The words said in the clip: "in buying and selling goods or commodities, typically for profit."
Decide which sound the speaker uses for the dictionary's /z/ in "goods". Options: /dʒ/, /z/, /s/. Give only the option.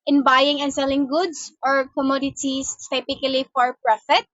/s/